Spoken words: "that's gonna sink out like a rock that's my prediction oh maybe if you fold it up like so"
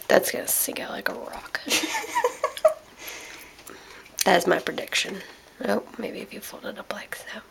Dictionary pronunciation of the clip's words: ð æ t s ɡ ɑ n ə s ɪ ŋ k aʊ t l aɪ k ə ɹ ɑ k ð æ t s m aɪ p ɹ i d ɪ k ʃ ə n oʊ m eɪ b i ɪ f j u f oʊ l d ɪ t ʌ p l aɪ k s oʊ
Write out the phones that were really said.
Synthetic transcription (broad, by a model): ð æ t s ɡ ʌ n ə s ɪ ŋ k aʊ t l aɪ k ə ɹ ɑ k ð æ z m aɪ p ɹ i d ɪ k ʃ ə n oʊ m eɪ b i ɪ f j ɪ f oʊ l d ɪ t ʌ p l aɪ k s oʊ